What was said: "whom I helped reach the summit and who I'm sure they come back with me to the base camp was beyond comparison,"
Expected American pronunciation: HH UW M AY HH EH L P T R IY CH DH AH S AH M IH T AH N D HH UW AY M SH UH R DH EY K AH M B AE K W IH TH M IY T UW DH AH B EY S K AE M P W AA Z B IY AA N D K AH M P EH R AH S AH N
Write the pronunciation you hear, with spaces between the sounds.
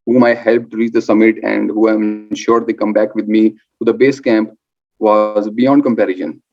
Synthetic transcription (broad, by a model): HH UW M AY HH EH L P T R IY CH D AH S AH M IH T AH N D HH UW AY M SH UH R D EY K AH M B AE K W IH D M IY T UW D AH B EY S K AE M P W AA Z B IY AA N D K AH M P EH R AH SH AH N